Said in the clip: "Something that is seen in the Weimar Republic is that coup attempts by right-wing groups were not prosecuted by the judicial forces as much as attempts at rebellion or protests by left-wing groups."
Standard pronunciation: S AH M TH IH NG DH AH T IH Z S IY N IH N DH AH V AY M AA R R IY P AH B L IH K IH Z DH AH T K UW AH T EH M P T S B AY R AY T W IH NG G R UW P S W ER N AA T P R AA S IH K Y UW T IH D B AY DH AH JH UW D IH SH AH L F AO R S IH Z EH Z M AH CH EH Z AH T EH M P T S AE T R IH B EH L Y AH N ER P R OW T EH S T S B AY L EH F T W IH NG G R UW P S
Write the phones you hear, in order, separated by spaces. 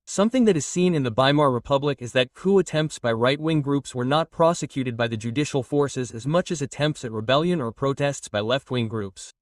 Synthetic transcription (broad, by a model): S AH M TH IH NG DH AH T IH Z S IY N IH N DH AH B AY M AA R R IY P AH B L IH K IH Z DH AH T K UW AH T EH M P T S B AY R AY T W IH NG G R UW P S W ER N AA T P R AA S IH K Y UW T IH D B AY DH AH JH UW D IH SH L F AO R S IH Z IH Z M AH CH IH Z AH T EH M P T S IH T R IH B EH L Y AH N ER P R OW T EH S T S B AY L EH F T W IH NG G R UW P S